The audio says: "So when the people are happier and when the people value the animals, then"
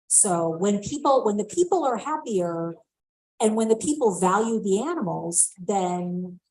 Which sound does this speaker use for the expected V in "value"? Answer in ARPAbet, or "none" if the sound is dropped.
V